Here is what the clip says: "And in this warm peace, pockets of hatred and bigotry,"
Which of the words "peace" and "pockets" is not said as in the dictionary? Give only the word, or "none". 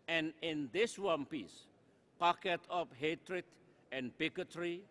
pockets